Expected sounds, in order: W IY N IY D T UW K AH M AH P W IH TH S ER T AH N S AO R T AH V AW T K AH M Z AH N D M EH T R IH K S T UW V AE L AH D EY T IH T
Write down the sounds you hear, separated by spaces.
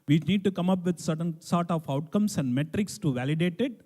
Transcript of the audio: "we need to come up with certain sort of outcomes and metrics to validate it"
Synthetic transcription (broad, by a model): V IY N IY D T UW K AH M AH P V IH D S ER T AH N S AO R T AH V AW T K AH M S AH N D M EH T R IH K S T UW V AE L AH D EY T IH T